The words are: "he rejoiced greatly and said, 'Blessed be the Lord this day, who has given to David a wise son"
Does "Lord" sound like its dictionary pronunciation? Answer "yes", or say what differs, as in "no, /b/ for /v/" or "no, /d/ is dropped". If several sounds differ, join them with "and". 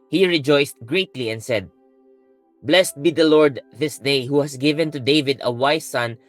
yes